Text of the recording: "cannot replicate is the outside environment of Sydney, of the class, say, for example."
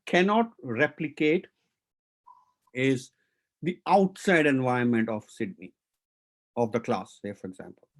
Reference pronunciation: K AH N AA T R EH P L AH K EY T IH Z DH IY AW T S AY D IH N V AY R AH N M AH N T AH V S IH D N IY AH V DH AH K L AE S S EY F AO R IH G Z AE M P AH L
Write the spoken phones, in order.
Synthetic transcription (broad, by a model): K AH N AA T R EH P L AH K EY T IH Z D IY AW T S AY D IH N V AY AH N M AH N T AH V S IH D N IY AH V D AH K L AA S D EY F AO R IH G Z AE M P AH L